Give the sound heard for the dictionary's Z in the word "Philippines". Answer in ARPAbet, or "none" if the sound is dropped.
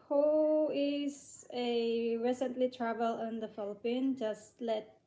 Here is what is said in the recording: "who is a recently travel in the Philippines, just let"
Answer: none